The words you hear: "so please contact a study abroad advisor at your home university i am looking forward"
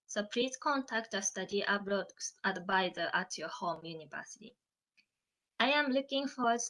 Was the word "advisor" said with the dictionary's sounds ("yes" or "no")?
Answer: no